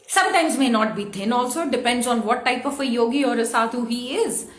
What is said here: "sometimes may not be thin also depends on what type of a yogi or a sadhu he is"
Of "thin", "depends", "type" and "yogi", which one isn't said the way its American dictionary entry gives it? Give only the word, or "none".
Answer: thin